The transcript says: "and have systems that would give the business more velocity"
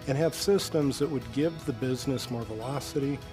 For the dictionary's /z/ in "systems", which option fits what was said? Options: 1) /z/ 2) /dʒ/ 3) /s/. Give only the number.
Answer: 1